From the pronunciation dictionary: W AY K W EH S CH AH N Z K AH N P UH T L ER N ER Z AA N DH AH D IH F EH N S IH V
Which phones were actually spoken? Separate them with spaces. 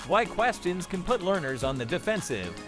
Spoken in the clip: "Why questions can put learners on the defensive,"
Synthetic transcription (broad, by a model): W AY K W EH S CH AH N Z K AH N P UH T L ER N ER Z N DH AH D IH F EH N S IH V